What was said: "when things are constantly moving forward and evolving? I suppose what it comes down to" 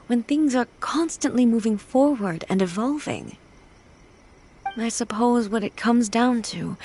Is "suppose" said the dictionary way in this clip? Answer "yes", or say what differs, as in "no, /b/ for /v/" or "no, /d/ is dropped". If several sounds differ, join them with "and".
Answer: yes